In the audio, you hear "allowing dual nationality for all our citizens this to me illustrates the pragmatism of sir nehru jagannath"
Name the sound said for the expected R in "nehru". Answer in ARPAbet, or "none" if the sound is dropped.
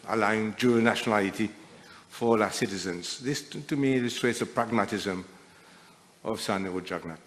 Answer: none